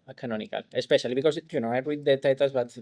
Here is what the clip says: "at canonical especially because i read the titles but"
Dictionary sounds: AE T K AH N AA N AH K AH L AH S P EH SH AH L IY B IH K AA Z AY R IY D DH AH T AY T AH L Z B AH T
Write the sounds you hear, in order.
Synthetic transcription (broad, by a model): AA K AH N AA N AH K AH L AH S P EH SH AH L IY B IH K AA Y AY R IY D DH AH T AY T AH Z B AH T